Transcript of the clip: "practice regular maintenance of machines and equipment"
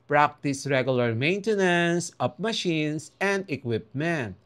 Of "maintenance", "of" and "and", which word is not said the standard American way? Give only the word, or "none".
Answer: of